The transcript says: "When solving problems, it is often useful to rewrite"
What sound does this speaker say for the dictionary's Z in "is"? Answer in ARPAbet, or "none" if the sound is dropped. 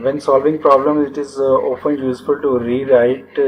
Z